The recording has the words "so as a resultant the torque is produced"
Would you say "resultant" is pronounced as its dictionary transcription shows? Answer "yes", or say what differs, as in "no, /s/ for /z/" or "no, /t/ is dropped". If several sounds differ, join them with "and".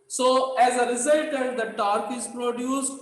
no, /n/ is dropped